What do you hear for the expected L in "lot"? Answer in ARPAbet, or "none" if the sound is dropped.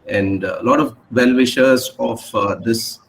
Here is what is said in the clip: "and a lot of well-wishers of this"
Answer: L